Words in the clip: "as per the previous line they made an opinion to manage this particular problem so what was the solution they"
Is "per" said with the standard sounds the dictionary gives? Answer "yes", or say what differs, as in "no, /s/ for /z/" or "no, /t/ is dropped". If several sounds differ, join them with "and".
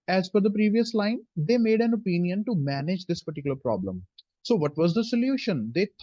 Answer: no, /f/ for /p/